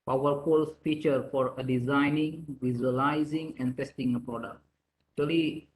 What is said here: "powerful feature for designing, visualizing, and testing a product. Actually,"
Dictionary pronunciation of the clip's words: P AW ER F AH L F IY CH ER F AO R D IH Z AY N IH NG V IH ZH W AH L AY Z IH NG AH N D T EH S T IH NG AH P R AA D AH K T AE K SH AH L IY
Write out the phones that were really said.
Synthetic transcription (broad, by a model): P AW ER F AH L F IY CH ER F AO R D IH Z AY N IH NG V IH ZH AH L AY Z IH NG AH N D T EH S T IH NG AH P R AA D AH K T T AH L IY